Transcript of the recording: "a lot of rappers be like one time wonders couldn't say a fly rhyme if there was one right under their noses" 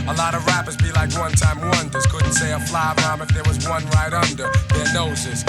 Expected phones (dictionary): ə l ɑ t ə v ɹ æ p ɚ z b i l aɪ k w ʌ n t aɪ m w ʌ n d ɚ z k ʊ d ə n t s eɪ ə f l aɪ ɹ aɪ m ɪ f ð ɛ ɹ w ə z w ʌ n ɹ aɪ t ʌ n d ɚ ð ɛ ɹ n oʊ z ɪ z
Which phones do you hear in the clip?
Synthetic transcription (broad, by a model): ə l ɑ t ə v ɹ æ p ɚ z b i l aɪ k w ʌ n t aɪ m w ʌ n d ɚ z k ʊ d n t s eɪ ə f l aɪ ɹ m ɪ f ð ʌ ɹ w ə z w ʌ n ɹ aɪ t ʌ n d ɚ ð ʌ ɹ n oʊ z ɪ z